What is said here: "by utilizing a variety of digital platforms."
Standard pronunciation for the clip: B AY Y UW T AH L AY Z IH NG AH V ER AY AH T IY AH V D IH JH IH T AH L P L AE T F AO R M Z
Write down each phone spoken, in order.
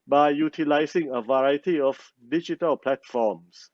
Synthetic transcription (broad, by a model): B AY Y UW T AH L AY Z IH NG AH V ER AY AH T IY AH F D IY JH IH T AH L P L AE T F AO M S